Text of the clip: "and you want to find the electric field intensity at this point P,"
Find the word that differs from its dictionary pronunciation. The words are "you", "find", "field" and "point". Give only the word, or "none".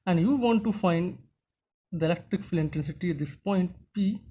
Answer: field